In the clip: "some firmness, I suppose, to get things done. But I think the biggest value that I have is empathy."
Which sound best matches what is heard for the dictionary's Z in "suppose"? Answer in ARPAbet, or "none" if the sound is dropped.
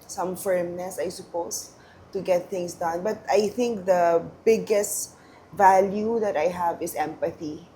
S